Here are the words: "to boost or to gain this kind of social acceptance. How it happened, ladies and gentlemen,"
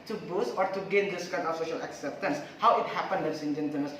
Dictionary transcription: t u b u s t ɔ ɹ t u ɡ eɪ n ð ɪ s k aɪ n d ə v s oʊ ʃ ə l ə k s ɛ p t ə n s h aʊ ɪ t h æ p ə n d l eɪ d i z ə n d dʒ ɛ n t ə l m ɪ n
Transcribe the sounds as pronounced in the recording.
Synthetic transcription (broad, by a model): t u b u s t ɔ ɹ t u ɡ eɪ n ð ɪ s k aɪ n d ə f s oʊ ʃ ə l ə k s ɛ p t ə n s h aʊ ɪ t h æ p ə n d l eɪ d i s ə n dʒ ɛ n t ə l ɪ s